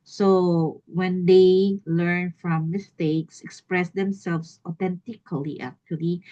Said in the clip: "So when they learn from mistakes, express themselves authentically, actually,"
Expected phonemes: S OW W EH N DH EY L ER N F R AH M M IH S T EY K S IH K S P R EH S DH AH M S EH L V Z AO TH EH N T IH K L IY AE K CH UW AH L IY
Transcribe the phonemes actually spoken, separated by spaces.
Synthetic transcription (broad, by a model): S OW W EH N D EY L ER N F R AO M M IH S T EY K S IH K S P R EH S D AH M S EH L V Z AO T EH N T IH K L IY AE K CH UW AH L IY